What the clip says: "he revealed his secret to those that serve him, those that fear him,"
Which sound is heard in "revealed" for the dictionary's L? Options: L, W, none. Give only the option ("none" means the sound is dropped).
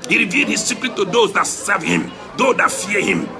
L